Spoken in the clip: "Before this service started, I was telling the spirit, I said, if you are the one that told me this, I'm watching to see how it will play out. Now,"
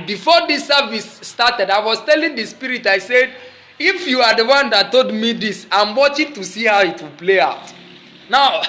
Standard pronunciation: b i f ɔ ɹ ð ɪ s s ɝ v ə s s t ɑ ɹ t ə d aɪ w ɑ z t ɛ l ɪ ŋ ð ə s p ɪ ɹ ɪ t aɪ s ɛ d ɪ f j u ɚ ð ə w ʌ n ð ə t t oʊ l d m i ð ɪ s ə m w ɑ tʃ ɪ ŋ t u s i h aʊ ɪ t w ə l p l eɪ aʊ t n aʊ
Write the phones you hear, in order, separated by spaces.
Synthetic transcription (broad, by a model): b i f ɔ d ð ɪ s s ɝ v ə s s t ɑ t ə d aɪ w ɑ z t ɛ l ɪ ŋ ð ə s p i ɹ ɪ t aɪ s ɛ d ɪ f j u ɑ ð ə w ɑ n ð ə t t oʊ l d m i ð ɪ s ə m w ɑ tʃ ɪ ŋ t u s i h aʊ ɪ t w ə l p l eɪ aʊ t n aʊ